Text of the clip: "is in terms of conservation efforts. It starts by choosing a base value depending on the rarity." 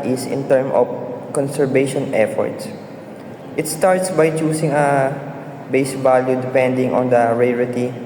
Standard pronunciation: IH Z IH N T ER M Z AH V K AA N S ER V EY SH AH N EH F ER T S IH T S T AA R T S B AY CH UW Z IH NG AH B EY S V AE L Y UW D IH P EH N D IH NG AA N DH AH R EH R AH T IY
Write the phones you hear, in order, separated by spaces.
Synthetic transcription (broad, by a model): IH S IH N T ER M AH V K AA N S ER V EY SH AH N EH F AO T S IH T S T AA R T S B AY CH UW S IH NG AH B EY S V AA L Y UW D IH P EH N D IH NG AA N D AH R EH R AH T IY